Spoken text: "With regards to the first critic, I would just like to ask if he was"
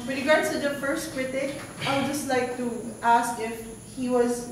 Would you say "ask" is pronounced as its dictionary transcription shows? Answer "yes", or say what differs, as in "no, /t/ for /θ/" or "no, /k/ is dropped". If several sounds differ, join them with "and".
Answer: yes